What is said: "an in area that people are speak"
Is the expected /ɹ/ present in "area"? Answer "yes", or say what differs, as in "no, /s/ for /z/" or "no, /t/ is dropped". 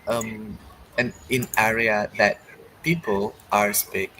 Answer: yes